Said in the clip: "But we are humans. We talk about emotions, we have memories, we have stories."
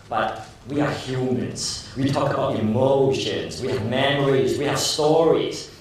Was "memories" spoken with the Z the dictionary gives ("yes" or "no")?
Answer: yes